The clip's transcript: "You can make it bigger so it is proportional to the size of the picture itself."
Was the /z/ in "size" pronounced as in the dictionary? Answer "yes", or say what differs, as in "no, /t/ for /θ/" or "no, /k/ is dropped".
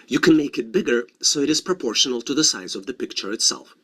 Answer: yes